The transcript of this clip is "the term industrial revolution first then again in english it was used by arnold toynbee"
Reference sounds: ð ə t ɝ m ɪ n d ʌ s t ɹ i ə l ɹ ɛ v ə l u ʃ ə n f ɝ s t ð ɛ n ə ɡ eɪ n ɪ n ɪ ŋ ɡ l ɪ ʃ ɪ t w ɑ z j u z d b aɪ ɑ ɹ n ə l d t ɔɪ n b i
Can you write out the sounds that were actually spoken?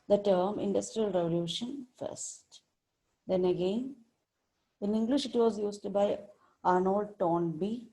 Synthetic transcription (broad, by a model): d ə t ɝ m ɪ n d ʌ s t ɹ i ə l ɹ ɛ v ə l u ʃ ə n f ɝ s t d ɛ n ə ɡ eɪ n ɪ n ɪ ŋ ɡ l ɪ ʃ ɪ t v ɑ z j u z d b aɪ ɑ ɹ n ə l d t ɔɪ n b i